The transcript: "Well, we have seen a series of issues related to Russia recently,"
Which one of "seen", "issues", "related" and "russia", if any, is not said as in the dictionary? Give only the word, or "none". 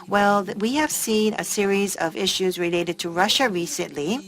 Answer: none